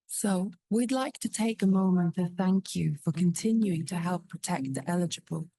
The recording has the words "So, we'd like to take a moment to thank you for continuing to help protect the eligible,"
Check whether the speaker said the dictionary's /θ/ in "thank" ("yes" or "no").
yes